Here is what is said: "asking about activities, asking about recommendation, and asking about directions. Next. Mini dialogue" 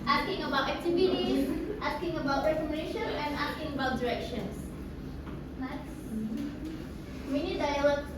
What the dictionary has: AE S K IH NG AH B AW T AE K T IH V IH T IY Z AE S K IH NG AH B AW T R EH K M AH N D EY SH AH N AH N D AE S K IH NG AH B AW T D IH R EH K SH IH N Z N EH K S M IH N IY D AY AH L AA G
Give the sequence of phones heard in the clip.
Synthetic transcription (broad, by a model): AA S K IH NG AH B AW T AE K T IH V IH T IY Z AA S K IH NG AH B AW T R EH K AH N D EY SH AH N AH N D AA S K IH NG AH B AW T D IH R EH K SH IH N S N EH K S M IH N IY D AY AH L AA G